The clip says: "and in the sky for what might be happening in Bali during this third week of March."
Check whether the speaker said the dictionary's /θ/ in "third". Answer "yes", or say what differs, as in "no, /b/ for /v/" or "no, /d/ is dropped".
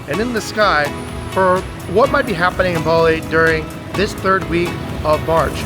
yes